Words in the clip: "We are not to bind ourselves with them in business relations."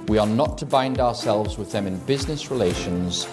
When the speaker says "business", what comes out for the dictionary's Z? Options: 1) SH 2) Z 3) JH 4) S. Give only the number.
2